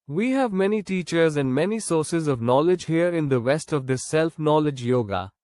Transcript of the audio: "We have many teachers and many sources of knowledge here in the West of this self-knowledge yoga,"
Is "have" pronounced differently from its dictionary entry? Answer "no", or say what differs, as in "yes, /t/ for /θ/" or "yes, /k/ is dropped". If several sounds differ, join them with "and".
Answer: no